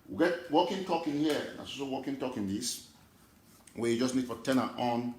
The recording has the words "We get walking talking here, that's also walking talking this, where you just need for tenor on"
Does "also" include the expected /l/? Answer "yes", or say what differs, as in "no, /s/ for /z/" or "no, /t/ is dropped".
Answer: no, /l/ is dropped